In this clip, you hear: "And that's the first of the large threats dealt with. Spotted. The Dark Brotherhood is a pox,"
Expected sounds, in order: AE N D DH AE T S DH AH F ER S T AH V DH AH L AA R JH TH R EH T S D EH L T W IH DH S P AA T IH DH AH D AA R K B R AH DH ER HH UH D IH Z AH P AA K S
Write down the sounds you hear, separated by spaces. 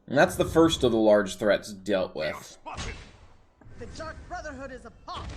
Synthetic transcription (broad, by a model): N DH AE T S DH AH F ER S T AH V DH AH L AA R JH TH R EH T S D EH L T W IH DH DH AH D AA R K B R AH DH ER HH UH D IH Z AH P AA